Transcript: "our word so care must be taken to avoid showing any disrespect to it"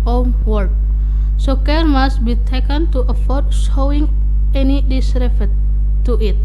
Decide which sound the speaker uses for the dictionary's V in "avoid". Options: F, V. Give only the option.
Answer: F